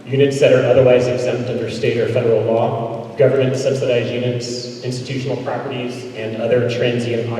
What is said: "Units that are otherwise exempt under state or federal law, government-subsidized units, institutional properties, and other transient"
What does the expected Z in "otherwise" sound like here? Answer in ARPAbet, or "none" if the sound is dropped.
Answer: Z